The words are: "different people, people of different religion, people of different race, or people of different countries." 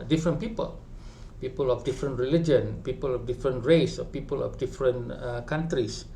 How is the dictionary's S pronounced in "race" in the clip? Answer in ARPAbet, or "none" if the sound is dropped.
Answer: S